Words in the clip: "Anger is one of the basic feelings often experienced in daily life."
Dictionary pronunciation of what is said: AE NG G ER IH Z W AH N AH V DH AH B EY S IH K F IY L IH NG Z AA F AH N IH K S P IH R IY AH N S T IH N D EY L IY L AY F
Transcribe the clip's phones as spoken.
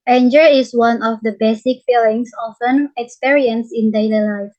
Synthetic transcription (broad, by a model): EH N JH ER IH S W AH N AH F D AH B EY S IH K F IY L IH NG S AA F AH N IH K S P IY R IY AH N S IH N D EY L IY L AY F